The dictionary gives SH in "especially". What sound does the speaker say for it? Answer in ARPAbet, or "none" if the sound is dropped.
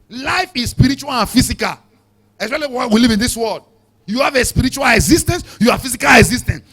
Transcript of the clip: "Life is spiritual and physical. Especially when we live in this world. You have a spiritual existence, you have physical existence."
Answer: none